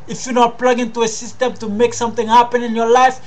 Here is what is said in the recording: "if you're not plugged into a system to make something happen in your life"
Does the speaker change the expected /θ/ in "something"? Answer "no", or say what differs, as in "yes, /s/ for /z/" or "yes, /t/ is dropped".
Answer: yes, /t/ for /θ/